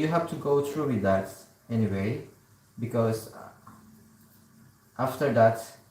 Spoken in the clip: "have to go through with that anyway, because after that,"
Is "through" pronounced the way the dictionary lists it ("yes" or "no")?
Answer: no